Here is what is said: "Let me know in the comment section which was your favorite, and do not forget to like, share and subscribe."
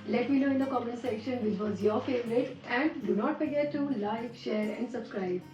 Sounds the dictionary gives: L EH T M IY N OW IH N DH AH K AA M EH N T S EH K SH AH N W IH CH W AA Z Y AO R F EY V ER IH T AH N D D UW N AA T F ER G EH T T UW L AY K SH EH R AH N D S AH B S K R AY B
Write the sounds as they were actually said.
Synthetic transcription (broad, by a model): L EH T M IY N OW IH N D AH K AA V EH T S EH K SH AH N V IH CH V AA Z Y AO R F EY V ER IH T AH N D D UW N AA T F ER G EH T T UW L AY K SH EH R AH N D S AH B S K R AY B